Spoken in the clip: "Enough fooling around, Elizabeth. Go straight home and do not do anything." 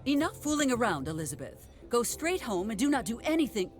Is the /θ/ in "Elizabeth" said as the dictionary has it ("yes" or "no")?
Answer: yes